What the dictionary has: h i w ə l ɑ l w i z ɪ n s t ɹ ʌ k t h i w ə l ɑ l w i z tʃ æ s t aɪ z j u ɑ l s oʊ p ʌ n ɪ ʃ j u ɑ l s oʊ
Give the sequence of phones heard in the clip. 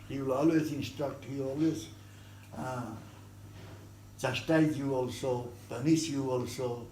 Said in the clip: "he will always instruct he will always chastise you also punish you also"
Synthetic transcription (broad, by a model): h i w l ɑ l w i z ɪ n s t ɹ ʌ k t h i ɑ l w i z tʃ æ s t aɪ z j u ɑ l s oʊ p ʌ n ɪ s j u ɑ l s oʊ